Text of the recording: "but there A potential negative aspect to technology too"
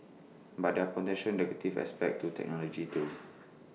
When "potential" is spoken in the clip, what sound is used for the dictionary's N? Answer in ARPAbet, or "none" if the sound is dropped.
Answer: none